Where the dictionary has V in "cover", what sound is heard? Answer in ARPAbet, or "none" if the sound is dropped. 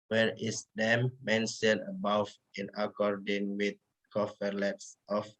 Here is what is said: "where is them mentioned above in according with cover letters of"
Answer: F